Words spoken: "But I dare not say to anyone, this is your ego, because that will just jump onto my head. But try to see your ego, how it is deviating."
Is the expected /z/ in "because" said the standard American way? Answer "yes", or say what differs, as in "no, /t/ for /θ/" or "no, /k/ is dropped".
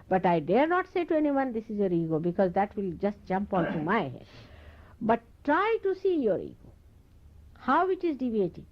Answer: yes